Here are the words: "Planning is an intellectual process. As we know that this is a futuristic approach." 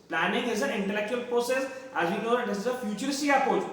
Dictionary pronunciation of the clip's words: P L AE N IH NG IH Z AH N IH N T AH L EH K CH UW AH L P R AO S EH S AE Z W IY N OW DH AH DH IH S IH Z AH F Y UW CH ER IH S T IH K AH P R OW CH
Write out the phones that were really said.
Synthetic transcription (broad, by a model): P L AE N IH NG IH Z AH N IH N T AH L EH K CH UW AH L P R AO S EH S AE Z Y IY N OW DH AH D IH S IH Z AH F Y UW CH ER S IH AH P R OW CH